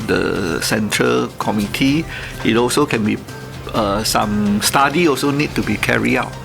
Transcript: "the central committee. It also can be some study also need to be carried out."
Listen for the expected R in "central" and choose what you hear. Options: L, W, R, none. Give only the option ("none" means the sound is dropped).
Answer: R